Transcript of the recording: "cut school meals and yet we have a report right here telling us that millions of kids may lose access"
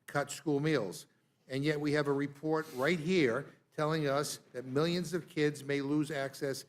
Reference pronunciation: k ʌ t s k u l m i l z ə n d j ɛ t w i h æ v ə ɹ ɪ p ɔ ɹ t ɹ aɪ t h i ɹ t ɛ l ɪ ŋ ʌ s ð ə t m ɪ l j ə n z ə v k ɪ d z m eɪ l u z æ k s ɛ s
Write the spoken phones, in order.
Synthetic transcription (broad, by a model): k ʌ t s k u l m i l z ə n j ɛ t w i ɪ v ə ɹ ɪ p ɔ ɹ t ɹ aɪ t h i ɹ t ɛ l ɪ ŋ ʌ s ð ə t m ɪ l j ə n z ə v k ɪ d z m eɪ l u z æ k s ɛ s